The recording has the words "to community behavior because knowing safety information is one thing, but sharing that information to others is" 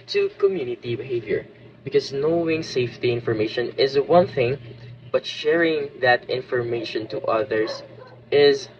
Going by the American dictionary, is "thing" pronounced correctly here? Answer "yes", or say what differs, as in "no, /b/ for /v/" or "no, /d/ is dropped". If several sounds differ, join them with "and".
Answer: yes